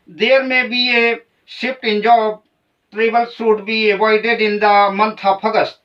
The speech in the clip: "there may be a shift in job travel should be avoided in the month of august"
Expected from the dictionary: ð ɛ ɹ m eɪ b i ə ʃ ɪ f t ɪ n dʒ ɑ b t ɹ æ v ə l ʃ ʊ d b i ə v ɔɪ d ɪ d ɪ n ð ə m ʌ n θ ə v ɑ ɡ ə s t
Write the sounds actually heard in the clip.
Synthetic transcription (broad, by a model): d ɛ ɹ m eɪ b i ə s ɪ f t ɪ n dʒ ɑ b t ɹ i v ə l s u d b i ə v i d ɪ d ɪ n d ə m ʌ n t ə p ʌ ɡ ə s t